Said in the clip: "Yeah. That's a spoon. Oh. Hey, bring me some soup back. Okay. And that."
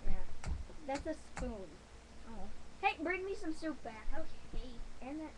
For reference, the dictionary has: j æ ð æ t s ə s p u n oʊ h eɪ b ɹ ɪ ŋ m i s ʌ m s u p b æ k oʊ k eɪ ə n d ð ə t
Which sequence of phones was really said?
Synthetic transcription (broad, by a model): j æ ð æ t s ə s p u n oʊ h eɪ b ɹ ɪ ŋ m i s ʌ m s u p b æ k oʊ eɪ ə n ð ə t